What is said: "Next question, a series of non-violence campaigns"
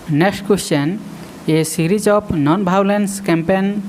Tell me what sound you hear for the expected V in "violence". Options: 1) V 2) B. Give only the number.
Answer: 2